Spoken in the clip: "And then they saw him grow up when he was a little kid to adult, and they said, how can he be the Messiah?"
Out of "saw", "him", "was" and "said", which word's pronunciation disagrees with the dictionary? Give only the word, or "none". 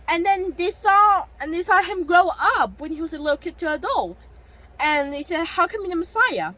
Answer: none